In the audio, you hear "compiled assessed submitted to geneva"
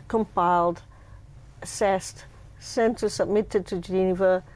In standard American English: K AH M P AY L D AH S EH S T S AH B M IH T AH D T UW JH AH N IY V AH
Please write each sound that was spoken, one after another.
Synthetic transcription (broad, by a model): K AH M P AY L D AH S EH S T S AH B M IH T AH D T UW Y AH N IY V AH